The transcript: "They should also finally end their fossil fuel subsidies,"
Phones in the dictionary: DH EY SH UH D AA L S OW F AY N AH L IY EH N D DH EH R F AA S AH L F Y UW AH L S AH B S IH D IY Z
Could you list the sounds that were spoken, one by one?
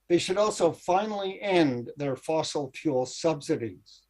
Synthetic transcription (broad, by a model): DH EY SH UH D AA L S OW F AY N L IY EH N DH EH R F AA S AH L P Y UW L S AH B S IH D IY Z